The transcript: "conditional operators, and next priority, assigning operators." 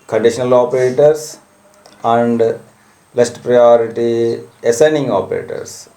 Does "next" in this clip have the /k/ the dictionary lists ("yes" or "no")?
no